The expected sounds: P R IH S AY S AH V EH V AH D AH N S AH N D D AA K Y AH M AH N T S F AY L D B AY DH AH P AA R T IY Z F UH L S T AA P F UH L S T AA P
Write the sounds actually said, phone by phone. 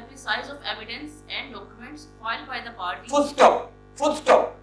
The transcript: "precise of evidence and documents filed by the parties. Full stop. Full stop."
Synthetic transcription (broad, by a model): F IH S AY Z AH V EH V AH D AH N S AH N D D AA K Y AH M AH N T S F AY L D B AY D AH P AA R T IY F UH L S T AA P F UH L S T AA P